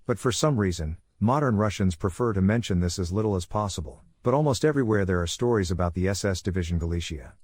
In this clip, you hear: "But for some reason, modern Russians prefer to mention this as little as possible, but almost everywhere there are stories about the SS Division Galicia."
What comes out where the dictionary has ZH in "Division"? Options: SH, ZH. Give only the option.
ZH